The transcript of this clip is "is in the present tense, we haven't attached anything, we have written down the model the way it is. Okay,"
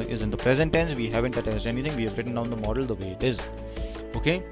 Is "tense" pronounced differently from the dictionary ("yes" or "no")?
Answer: no